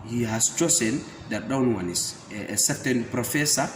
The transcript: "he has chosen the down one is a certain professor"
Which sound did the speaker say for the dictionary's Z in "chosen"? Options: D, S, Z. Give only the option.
S